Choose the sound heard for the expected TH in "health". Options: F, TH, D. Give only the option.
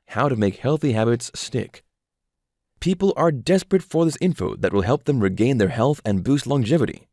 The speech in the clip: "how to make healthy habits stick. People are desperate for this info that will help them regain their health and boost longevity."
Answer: TH